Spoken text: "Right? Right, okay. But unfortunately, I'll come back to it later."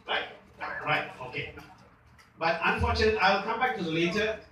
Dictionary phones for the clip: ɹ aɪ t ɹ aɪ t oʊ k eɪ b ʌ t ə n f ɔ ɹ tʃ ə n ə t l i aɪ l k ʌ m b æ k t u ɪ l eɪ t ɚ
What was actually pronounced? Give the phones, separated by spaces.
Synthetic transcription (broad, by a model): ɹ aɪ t ɹ aɪ t oʊ k eɪ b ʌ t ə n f ɔ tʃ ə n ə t i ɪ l k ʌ m b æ k t u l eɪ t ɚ